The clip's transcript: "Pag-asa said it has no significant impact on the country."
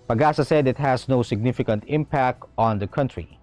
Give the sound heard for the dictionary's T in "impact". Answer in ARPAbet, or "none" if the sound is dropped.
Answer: T